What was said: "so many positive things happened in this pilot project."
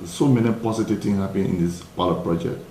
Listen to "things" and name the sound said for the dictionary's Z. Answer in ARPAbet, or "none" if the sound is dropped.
none